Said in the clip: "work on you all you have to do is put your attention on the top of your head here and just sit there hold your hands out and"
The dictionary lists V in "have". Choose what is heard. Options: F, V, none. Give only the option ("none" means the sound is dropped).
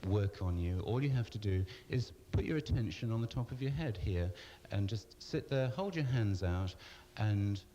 F